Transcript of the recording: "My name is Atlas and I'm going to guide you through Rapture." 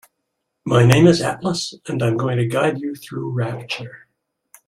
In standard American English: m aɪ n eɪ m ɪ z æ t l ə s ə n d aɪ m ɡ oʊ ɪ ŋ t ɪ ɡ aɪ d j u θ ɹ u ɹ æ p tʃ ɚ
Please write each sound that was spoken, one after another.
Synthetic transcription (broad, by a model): m aɪ n eɪ m ɪ z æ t l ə s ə n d aɪ m ɡ oʊ ɪ ŋ t ɪ ɡ aɪ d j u θ ɹ u ɹ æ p tʃ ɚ